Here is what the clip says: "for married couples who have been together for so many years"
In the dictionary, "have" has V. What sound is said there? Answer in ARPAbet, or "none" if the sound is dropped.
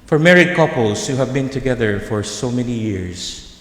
V